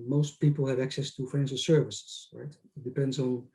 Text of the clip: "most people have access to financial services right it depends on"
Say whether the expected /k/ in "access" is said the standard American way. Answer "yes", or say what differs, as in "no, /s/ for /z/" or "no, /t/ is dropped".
yes